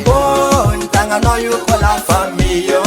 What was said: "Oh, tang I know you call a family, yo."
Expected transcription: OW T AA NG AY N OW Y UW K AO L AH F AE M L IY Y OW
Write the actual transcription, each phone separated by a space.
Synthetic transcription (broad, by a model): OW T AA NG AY N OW Y UW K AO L AH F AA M IY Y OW